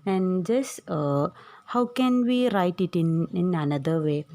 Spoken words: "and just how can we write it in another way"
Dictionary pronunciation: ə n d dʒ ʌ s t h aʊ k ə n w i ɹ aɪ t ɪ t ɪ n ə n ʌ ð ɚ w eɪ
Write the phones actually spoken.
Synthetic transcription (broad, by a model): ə n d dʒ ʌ s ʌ h aʊ k ə n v i ɹ aɪ t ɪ t ɪ n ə n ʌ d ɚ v eɪ